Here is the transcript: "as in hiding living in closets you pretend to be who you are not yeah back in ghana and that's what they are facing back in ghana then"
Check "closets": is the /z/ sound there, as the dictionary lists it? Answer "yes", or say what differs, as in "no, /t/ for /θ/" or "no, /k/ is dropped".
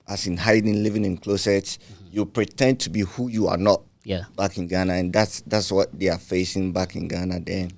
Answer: no, /s/ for /z/